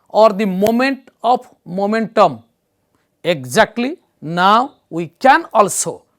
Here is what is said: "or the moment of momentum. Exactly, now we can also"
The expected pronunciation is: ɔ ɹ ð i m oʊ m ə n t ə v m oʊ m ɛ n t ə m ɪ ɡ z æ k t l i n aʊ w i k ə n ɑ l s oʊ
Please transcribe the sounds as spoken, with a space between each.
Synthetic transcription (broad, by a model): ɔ ɹ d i m oʊ m ə n t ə p m oʊ m ɛ n t ə m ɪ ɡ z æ k t l i n aʊ w i k ə n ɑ l s oʊ